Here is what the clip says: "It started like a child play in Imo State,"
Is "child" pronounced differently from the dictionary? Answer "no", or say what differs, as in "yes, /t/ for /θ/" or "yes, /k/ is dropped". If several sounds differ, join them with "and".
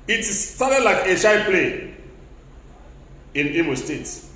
yes, /ʃ/ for /tʃ/